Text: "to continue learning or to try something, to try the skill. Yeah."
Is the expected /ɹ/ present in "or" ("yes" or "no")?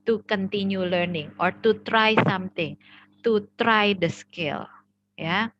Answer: yes